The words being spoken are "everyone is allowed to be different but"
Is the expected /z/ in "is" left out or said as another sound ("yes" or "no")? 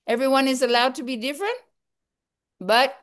no